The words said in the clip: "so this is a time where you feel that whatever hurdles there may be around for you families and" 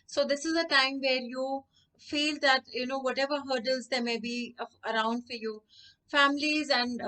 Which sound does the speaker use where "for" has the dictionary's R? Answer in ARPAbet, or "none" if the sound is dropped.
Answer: R